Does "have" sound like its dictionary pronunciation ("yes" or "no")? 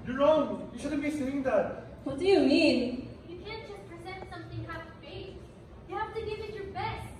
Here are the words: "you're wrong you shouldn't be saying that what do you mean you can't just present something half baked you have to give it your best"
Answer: no